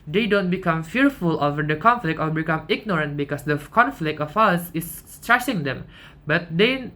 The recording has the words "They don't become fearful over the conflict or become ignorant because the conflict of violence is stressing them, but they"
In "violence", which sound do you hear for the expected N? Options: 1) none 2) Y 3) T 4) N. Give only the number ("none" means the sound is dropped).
1